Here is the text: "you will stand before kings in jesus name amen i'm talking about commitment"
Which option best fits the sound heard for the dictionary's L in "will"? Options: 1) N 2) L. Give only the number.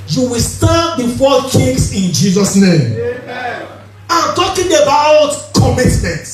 2